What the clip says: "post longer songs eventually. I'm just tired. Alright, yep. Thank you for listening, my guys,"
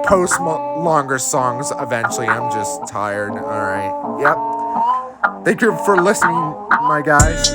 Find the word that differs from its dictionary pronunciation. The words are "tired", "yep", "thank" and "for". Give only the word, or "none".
none